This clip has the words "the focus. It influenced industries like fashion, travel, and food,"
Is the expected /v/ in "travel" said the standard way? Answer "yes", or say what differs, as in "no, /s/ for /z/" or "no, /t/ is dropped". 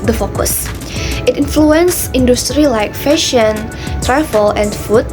no, /f/ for /v/